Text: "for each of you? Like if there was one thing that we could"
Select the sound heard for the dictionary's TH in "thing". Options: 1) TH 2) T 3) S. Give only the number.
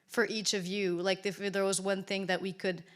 1